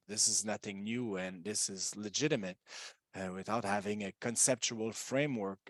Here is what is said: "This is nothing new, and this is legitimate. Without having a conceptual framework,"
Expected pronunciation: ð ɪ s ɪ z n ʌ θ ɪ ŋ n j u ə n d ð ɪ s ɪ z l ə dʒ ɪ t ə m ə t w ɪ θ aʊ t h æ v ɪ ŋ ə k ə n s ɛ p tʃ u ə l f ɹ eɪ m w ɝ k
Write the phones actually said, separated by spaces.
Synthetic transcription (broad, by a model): ð ɪ s ɪ z n ʌ θ ɪ ŋ n j u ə n ð ɪ s ɪ z l ə dʒ ɪ t ə m ə t w ɪ θ aʊ t h æ v ɪ ŋ ə k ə n s ɛ p tʃ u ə l f ɹ eɪ m w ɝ k